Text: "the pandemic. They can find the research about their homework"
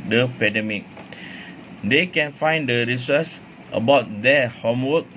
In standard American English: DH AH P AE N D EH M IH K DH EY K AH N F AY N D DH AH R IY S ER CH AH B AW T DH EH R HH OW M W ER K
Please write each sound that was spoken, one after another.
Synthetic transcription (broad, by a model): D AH P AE D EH M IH K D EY K AH N F AY N D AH R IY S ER S AH B AW T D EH HH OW M W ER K